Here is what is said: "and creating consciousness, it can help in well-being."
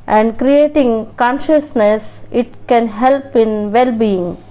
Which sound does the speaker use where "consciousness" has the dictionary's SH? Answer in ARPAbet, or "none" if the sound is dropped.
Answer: SH